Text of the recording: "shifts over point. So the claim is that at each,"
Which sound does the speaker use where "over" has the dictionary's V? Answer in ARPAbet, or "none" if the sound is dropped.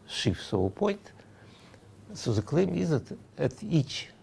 none